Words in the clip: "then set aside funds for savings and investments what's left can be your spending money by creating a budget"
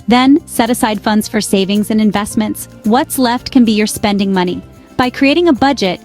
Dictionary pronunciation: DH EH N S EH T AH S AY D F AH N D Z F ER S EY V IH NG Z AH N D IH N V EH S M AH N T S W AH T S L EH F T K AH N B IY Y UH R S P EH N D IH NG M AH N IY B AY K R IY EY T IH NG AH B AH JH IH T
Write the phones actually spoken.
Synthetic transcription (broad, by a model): DH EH N S EH T AH S AY D F AH N D Z F ER S EY V IH NG Z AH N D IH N V EH S M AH N T S W AH T S L EH F T K AH N B IY Y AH R S P EH N D IH NG M AH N IY B AY K R IY EY T IH NG AH B AH JH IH T